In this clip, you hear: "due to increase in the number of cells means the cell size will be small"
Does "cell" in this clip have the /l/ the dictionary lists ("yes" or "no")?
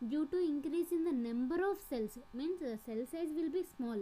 yes